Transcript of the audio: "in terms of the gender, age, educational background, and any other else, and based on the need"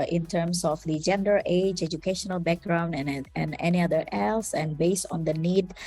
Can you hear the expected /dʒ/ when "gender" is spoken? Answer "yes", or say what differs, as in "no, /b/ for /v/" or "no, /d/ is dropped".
yes